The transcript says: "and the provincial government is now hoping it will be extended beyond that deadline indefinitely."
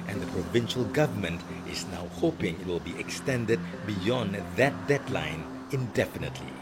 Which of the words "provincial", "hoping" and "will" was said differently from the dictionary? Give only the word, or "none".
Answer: none